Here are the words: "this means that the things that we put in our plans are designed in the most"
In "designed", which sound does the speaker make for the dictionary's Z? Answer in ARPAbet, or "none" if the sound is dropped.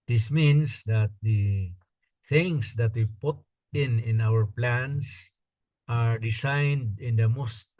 S